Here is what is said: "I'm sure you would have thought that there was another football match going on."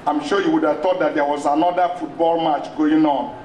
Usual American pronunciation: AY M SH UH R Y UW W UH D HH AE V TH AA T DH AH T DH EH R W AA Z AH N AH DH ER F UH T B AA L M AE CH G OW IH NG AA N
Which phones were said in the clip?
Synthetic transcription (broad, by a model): AY M SH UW Y UW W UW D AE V T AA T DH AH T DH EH W AA Z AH N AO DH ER F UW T B AA L M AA CH G OW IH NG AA N